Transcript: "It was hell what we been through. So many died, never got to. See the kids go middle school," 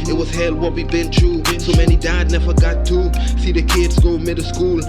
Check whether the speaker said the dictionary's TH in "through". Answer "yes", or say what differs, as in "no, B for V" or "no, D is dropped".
no, T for TH